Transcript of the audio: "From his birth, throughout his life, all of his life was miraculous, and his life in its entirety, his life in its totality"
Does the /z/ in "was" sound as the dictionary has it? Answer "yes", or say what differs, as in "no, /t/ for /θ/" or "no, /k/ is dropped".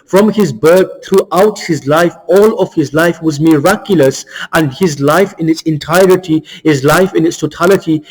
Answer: yes